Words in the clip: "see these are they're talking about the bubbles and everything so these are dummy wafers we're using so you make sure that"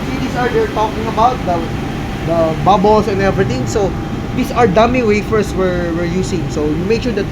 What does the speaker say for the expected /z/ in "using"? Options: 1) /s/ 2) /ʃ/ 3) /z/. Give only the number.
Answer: 1